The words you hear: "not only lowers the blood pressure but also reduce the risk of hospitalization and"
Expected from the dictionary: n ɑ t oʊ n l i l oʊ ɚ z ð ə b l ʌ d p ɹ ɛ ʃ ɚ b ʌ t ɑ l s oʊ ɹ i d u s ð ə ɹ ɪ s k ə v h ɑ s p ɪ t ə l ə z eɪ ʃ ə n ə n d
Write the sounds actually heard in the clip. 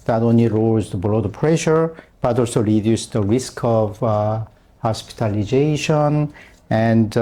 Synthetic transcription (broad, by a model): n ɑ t oʊ n l i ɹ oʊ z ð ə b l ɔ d p ɹ ɛ ʃ ɚ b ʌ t ɑ l s oʊ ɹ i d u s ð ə ɹ ɪ s k ə v h ɑ s p ɪ t ə l ə z eɪ ʃ ə n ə n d